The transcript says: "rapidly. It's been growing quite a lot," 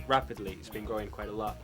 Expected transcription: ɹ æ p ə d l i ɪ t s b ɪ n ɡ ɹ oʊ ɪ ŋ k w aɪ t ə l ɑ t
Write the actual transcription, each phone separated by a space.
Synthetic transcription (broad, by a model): ɹ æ p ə d l i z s b ɪ n ɡ oʊ ɪ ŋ k w aɪ t ə l ɑ t